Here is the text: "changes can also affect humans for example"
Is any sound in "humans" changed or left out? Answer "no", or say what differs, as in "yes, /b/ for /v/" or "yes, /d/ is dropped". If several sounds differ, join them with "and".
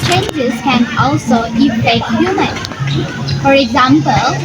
yes, /z/ is dropped